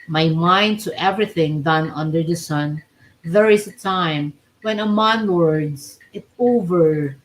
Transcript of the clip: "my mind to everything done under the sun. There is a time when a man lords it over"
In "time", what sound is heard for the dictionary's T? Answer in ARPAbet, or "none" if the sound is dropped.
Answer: T